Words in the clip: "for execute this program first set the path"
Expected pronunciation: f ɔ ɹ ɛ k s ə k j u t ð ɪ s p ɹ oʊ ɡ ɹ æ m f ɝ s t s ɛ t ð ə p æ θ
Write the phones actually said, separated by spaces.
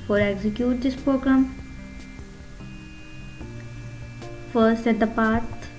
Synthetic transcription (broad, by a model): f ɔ ɹ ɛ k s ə k j u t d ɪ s p ɹ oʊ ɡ ɹ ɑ m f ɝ t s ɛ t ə p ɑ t